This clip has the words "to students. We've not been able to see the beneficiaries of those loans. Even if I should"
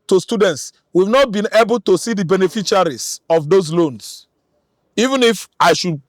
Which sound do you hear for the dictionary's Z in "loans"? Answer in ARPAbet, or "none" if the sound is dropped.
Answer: S